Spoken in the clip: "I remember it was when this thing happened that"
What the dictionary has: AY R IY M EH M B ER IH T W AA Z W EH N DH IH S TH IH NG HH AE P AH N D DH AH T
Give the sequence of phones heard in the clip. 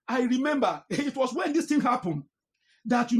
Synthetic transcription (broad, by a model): AY R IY M EH M B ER IH T W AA S W EH N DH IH S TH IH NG HH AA P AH N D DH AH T